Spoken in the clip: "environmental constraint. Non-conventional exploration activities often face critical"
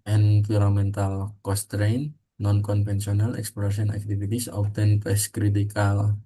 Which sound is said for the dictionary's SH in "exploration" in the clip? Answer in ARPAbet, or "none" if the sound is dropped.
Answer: S